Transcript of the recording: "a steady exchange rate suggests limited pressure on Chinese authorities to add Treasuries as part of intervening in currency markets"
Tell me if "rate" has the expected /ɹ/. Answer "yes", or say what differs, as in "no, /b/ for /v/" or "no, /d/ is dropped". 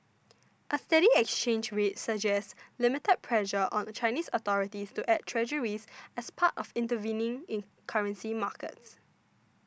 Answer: no, /w/ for /ɹ/